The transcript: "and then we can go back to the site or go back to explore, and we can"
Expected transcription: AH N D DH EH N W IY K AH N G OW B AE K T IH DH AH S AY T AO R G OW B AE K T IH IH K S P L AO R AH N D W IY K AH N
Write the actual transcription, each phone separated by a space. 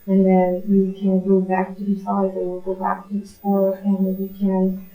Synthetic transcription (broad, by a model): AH N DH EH N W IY K AH N G OW B AE K T IH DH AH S AY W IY L G OW B AE K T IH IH S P AO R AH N W IY K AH N